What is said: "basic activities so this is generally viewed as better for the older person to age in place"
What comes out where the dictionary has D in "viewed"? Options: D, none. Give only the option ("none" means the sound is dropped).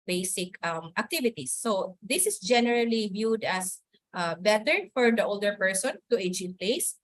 D